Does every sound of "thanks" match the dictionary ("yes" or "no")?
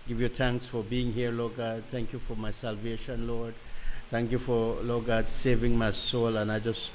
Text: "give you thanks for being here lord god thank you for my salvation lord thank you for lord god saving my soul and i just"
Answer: no